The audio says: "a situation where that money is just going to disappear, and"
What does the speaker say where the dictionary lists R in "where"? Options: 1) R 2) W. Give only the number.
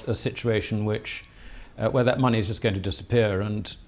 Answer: 2